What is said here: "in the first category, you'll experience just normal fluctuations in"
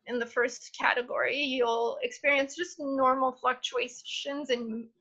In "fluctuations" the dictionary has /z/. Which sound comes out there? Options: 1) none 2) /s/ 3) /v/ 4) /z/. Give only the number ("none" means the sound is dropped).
4